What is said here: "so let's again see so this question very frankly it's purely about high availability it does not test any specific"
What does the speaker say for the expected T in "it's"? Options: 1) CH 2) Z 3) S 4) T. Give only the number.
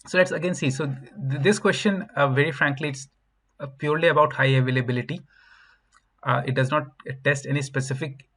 4